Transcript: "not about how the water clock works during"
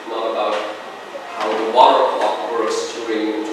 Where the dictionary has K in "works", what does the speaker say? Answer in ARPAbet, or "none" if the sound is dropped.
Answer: none